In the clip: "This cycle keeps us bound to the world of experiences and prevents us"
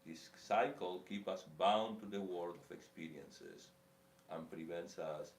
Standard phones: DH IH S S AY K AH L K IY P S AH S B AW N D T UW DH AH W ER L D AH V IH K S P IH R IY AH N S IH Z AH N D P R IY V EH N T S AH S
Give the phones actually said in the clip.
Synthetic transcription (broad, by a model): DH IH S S AY K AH L K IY P AH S B AW N T UW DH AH W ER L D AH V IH K S P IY R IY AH N S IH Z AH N P R IY V EH N T S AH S